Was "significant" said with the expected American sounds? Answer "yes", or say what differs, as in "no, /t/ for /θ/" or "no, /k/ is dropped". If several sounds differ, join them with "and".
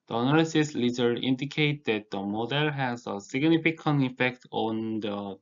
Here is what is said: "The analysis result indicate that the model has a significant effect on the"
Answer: no, /t/ is dropped